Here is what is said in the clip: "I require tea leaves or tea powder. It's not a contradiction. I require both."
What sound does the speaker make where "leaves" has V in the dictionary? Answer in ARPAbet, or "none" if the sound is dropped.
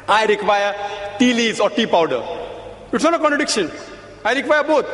none